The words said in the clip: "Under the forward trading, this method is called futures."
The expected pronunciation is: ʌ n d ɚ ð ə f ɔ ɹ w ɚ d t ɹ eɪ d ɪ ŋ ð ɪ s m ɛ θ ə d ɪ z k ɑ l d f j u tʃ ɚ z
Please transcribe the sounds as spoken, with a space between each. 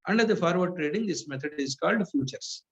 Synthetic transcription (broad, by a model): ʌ n d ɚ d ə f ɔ ɹ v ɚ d t ɹ eɪ d ɪ ŋ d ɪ s m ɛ t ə d ɪ z k ɑ l d f j u tʃ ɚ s